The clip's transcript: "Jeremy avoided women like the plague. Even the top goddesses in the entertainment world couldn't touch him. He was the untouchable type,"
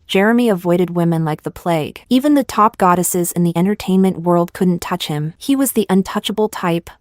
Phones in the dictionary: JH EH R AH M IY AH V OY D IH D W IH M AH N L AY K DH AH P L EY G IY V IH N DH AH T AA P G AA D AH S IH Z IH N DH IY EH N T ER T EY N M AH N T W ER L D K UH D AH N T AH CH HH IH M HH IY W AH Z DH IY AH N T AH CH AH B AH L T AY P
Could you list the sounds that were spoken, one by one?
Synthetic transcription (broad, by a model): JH EH R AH M IY AH V OY D IH D W IH M AH N L AY K DH AH P L EY G IY V IH N DH AH T AA P G AA D AH S IH Z IH N DH IY EH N T ER T EY N M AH N T W ER L D K UH D N T AH CH HH IH M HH IY W AH Z DH IY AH N T AH CH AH B L T AY P